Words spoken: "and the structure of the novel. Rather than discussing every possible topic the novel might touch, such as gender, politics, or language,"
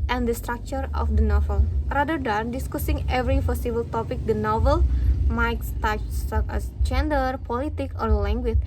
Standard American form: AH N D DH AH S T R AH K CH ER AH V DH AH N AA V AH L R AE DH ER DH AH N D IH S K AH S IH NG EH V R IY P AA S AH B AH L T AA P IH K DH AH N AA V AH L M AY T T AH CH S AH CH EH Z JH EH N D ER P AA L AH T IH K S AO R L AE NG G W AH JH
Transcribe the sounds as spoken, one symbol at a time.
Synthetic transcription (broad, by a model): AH N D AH S T R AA K CH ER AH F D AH N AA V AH L R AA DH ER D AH N D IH S K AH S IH NG EH V R IY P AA S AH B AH L T AA P IH K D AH N AA V AH L M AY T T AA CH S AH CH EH S JH EH N D ER P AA L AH T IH K AO R L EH NG G W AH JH